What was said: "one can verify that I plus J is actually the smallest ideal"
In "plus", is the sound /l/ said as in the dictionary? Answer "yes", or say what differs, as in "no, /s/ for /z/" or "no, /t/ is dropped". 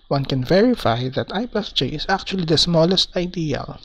no, /l/ is dropped